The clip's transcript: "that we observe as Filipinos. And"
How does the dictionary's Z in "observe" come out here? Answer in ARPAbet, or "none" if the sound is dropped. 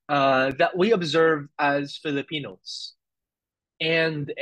Z